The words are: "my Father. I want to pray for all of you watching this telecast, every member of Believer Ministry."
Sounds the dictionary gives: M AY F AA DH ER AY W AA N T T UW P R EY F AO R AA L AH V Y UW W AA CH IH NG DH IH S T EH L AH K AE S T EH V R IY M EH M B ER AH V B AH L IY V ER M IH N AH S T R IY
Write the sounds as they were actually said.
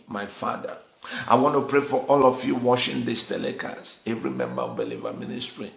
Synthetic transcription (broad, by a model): M AY F AA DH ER AY W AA N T T UW P R EY F AO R AA L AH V Y UW W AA SH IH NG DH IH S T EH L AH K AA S EH V R IY M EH M B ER AH V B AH L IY V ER M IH N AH S T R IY